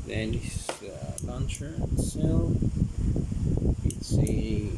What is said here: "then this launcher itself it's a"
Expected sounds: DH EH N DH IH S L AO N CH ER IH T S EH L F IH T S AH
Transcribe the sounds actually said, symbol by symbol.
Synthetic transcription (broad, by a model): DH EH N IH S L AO N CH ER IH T S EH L IH T S